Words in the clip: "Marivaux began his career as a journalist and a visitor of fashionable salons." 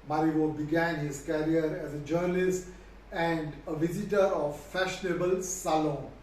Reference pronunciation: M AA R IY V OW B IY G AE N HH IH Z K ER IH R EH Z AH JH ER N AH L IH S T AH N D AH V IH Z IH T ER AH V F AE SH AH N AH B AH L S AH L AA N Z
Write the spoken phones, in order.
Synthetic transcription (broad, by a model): M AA R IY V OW B IY G AE N HH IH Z K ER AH R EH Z AH JH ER N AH L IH S T AH N D AH V IH Z IH T ER AH V F AE SH AH N AH B AH L S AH L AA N